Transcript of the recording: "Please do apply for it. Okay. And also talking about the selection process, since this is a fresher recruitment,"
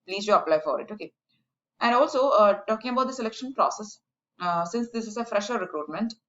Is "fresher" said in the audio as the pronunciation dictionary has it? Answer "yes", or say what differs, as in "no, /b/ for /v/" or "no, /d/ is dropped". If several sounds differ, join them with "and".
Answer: yes